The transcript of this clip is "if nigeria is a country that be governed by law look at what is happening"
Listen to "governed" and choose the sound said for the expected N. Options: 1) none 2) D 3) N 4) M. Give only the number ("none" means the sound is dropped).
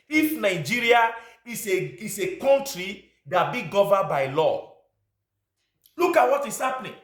1